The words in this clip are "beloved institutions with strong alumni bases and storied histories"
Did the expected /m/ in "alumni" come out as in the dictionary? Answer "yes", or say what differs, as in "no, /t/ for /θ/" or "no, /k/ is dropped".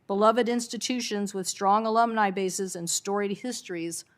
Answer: yes